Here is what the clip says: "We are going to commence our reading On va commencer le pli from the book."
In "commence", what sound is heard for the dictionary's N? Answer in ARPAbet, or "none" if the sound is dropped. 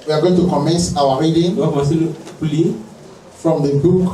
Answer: N